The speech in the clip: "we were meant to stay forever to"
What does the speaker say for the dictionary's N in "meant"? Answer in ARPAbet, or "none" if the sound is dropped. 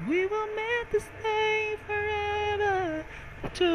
none